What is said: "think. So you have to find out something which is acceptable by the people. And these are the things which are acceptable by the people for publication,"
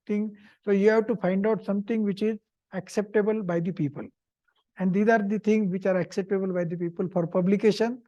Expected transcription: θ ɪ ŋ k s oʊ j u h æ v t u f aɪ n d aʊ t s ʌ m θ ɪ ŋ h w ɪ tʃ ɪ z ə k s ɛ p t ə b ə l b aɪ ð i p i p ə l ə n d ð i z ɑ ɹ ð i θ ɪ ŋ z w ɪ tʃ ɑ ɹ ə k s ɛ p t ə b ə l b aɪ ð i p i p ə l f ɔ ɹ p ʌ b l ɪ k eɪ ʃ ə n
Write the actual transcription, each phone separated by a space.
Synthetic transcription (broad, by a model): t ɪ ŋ s oʊ j u h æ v t u f aɪ n d aʊ t s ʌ m t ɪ ŋ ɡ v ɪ tʃ ɪ z ə k s ɛ p t ə b ə l b aɪ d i p i p ə l ə n d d i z ɑ ɹ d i t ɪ ŋ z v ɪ tʃ ɑ ɹ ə k s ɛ p t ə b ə l b aɪ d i p i p ə l f ɔ ɹ p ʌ b l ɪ k eɪ ʃ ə n